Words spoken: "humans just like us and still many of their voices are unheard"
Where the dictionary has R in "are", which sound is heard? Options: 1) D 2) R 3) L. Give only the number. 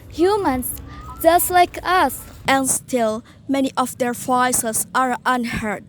2